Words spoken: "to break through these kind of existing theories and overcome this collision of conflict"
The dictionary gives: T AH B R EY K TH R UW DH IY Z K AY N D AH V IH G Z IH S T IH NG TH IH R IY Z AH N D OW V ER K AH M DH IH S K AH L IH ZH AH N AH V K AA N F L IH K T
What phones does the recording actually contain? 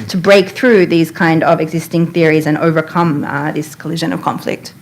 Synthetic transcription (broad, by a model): T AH B R EY K TH R UW DH IY Z K AY N D AH V IH G Z IH S T IH NG TH IH R IY Z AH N OW V ER K AH M DH IH S K AH L IH ZH AH N AH V K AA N F L IH K T